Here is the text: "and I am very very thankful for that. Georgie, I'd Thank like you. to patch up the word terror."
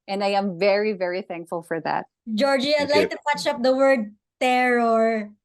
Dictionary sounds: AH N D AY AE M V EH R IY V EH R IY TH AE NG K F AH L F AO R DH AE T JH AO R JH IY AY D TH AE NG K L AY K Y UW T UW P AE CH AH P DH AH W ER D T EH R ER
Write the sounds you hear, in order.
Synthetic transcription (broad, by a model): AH N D AY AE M V EH R IY V EH R IY TH AE NG K F AH L F AO R DH AE T JH AO R JH IY AY D L AY K T UW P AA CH AH P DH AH W ER D T EH R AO